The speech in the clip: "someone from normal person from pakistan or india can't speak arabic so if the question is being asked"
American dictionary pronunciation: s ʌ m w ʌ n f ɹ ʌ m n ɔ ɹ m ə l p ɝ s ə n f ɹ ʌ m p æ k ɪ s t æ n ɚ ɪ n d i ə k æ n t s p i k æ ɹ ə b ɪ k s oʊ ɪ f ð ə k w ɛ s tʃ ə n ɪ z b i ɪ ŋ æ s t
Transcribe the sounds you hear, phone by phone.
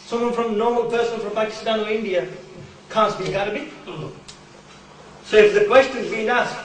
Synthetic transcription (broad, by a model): s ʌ m w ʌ n f ɹ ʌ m n ɔ ɹ m ə l p ɝ s ə n f ɹ ʌ m p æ k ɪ s t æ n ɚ ɪ n d i ə k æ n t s b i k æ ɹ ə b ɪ s oʊ ɪ f ð ə k w ɛ s tʃ ə n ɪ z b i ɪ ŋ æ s